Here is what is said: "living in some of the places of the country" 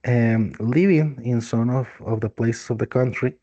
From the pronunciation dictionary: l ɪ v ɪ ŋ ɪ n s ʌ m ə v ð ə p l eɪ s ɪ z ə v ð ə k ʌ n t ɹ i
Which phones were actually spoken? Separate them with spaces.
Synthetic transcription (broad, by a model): l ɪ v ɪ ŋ ɪ n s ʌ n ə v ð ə p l eɪ s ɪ s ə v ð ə k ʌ n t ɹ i